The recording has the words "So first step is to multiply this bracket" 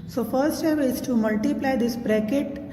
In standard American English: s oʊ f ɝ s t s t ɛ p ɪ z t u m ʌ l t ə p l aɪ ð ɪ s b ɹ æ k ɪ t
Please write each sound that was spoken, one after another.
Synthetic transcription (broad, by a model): s oʊ f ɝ t s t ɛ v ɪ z t u m ʌ l t ə p l aɪ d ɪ s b ɹ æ k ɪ t